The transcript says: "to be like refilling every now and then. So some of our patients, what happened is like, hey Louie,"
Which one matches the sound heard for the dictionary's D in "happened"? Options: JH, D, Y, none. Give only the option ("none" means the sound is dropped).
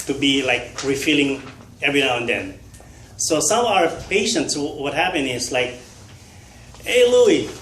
none